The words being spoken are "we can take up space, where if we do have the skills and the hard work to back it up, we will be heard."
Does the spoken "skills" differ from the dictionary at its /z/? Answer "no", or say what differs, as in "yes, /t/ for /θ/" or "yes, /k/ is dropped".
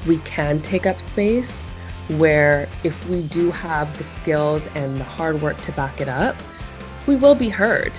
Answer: no